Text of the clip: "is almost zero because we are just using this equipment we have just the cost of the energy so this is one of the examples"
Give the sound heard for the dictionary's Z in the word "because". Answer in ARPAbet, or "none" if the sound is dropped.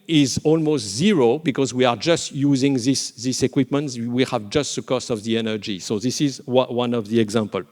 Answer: Z